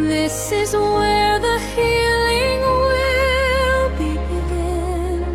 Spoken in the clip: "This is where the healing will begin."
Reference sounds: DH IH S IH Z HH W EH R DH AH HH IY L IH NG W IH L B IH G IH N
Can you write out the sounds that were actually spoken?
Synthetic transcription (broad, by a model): DH IH S IH Z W W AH R DH AH HH IY L IH NG W IH L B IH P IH